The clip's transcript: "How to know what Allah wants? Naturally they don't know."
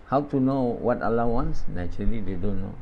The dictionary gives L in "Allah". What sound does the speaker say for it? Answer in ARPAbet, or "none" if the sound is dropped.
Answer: L